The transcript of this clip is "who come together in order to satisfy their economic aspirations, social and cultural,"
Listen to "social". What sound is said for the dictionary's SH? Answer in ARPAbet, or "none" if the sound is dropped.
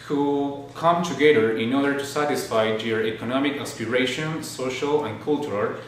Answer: SH